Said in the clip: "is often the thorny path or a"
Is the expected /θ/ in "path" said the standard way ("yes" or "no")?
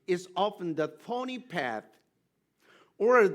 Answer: yes